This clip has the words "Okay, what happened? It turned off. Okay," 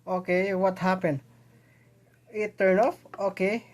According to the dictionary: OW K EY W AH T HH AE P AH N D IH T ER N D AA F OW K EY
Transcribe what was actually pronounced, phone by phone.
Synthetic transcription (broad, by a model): OW K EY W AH T HH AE P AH N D IH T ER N AA F OW K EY